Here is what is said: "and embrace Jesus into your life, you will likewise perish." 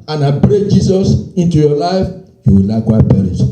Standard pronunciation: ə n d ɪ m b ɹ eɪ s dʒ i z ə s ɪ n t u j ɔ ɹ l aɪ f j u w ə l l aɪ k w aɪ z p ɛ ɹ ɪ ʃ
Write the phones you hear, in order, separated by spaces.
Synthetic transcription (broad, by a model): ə n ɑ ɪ b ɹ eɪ dʒ i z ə s ɪ n t u j ɔ l aɪ f j u w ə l l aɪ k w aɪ p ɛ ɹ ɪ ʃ